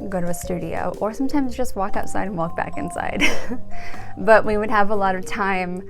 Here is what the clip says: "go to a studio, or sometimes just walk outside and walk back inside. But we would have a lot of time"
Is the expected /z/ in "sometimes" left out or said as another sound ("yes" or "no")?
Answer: no